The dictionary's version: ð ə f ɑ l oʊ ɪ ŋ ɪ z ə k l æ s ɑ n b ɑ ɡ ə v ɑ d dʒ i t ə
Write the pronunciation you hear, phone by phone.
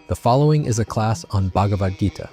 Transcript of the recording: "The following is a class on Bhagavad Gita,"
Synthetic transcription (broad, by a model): ð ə f ɑ l oʊ ɪ ŋ ɪ z ə k l æ s n b ɑ ɡ ə v ɑ d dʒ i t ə